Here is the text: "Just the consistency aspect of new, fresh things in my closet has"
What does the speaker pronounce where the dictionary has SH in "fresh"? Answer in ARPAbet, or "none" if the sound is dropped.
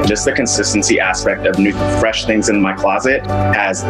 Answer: SH